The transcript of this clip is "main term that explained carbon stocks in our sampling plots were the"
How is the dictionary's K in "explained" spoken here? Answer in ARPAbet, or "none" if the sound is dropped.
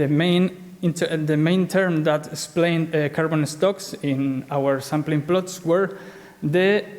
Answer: none